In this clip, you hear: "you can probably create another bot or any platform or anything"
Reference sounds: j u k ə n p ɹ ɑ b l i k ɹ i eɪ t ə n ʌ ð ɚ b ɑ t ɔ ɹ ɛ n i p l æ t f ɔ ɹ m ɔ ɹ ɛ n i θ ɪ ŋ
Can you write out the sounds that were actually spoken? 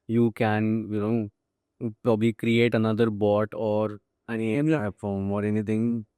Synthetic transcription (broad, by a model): j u k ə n p ɹ ɑ b l i k ɹ i eɪ t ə n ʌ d ɚ b ɑ t ɔ ɹ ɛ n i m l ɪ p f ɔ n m ɔ ɹ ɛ n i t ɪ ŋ